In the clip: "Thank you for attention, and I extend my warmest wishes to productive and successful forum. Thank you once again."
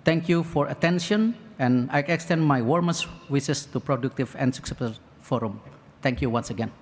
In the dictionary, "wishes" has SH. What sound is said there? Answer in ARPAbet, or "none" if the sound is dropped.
S